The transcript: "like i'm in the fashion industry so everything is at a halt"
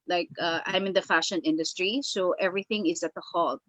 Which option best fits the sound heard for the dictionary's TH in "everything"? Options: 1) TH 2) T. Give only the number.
1